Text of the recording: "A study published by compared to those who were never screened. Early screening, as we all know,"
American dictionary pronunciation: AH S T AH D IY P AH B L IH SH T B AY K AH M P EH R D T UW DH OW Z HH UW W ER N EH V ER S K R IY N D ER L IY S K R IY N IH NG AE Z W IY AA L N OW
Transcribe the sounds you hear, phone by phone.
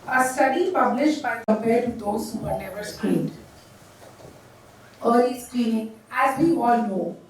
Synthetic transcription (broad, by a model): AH S T AH D IY P AH B L IH SH T B AY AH P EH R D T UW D OW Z HH UW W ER N EH V ER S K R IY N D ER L IY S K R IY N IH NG AE Z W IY AA L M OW